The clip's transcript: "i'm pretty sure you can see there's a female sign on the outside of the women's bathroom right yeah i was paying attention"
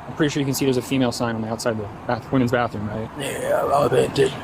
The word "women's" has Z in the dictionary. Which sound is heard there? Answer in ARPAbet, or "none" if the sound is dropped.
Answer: Z